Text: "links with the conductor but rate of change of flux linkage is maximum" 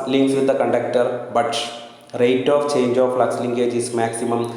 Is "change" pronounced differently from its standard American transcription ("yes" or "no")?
no